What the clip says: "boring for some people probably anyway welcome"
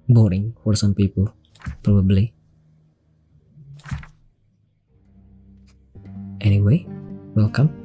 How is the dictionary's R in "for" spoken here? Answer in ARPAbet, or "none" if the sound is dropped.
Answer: R